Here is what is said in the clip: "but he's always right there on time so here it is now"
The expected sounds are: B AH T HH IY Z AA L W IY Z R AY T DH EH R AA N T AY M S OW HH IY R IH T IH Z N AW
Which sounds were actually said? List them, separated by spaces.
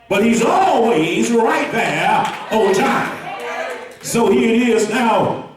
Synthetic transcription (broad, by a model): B AH T HH IY Z AA L W IY Z R AY T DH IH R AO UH T AY M S OW HH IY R IH T IH Z N AW